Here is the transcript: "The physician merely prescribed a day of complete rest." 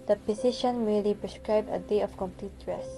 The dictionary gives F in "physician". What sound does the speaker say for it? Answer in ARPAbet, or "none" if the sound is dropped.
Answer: P